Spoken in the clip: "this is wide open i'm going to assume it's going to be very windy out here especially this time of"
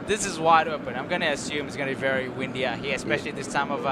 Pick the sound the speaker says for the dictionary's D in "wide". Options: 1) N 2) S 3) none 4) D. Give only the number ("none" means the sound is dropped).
4